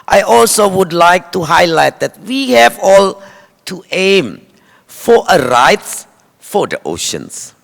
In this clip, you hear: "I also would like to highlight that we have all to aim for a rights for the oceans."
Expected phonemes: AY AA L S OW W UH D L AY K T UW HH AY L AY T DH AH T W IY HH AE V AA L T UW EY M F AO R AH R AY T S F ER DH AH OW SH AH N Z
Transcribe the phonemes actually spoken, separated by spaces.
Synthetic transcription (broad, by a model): AY AA L S OW W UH D L AY K T UW HH AY L AY T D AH T W IY HH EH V AA L T UW EY M F AO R AH R AY T S F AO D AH OW SH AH N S